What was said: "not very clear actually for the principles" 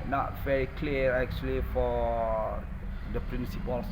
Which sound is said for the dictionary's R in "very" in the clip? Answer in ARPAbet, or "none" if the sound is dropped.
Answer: R